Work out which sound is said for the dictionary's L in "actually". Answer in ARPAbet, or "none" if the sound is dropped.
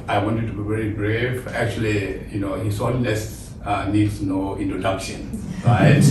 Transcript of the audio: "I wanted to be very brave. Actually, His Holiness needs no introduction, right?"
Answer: L